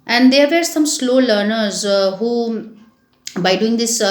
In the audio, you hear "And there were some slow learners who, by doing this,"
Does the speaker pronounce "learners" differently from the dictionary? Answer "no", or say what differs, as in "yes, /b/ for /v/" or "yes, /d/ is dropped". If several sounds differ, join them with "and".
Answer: no